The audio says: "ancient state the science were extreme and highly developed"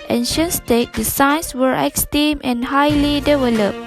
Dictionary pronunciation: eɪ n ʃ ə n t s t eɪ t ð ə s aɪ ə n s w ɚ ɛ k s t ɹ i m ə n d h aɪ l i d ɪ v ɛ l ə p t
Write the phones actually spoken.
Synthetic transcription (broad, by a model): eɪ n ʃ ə n s t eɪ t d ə s aɪ n s w ɚ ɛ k s t i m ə n h aɪ l i d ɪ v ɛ l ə p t